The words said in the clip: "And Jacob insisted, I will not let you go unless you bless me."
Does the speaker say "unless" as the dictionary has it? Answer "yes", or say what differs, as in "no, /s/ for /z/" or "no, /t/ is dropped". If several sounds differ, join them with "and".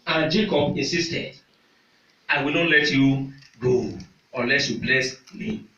yes